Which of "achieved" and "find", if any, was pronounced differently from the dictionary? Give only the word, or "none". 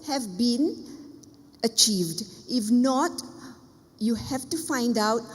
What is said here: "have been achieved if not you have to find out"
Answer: none